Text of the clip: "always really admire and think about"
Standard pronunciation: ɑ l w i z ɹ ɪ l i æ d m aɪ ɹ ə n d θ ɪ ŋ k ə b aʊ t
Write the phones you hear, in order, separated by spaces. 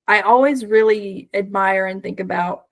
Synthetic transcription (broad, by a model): ɑ l w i z ɹ ɪ l i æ d m aɪ ɹ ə n θ ɪ ŋ k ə b aʊ t